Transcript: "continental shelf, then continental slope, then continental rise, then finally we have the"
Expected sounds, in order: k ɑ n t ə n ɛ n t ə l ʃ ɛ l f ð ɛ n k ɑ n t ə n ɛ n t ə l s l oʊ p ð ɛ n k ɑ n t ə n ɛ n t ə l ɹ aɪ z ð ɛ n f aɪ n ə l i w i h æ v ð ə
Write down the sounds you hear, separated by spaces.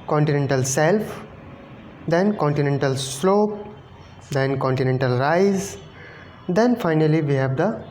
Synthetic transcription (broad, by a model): k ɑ n t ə n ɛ n t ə l s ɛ l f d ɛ n k ɑ n t ə n ɛ n t ə l s l oʊ p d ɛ n k ɑ n t ə n ɛ n t ə l ɹ aɪ z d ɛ n f aɪ n ə l i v i h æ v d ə